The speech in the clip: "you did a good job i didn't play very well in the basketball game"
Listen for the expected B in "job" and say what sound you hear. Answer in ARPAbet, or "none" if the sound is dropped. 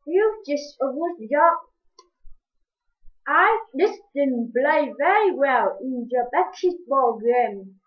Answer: none